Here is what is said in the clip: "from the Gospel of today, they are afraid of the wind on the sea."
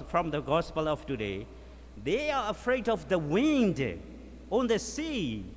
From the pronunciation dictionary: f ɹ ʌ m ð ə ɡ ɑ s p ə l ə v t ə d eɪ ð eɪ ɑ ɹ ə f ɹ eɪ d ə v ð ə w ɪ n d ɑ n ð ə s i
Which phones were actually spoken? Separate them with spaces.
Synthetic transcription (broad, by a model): f ɹ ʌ m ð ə ɡ ɑ s p ə l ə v t ə d eɪ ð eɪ ɑ ɹ ə f ɹ eɪ d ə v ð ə w ɪ n d ɑ n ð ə s i